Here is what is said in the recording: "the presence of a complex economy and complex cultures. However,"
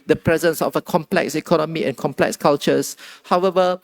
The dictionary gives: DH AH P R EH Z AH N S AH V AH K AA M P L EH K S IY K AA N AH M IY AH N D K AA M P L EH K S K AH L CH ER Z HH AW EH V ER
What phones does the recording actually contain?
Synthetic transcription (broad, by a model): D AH P R EH Z AH N S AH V AH K AA M P L EH K S IY K AA N AH M IY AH N K AA M P L EH K S K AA L CH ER S HH AW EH V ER